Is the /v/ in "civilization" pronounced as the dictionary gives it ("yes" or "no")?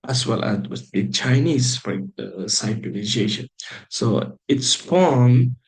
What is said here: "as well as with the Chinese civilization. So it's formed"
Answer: no